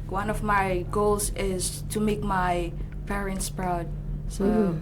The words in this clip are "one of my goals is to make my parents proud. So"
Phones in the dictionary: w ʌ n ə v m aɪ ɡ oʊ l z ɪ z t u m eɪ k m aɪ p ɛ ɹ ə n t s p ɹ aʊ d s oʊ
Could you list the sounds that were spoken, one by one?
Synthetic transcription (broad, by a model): w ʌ n ə v m aɪ ɡ oʊ l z ɪ z t u m eɪ k m aɪ p ɛ ɹ ə n t s p ɹ aʊ d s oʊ